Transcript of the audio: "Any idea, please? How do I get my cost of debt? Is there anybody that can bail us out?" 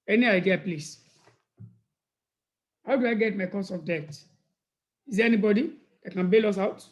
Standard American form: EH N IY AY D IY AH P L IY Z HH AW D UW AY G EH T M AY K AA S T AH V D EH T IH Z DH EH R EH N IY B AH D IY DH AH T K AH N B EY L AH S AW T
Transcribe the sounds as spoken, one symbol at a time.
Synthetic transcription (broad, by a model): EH N IY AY D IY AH P L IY S HH AW D UW AY G EH T M AY K AA S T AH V D EH T IH Z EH EH N IY B AH D IY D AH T K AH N B EY L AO S AW T